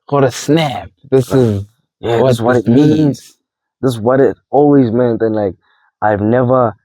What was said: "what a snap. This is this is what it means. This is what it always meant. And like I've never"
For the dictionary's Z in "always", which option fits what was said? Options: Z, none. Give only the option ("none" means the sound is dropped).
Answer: Z